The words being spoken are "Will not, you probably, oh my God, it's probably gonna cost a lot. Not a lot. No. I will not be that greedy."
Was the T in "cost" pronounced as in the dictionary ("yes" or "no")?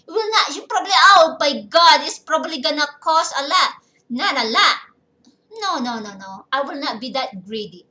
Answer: no